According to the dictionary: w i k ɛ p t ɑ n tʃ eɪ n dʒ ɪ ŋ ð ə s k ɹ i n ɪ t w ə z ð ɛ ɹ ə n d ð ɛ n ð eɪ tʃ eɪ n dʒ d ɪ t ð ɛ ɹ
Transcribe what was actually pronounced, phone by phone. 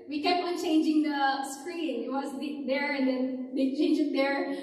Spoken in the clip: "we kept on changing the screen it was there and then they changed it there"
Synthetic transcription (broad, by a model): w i k ɛ p t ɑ n tʃ eɪ n dʒ ɪ ŋ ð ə s k ɹ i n ɪ t w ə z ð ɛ ɹ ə n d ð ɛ n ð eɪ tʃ eɪ n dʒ ɪ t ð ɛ ɹ